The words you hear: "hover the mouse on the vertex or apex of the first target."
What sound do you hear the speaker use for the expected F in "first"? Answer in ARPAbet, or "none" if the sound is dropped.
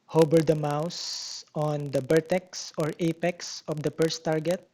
P